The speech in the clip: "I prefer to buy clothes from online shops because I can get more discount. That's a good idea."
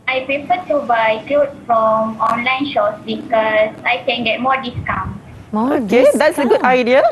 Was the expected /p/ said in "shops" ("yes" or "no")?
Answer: no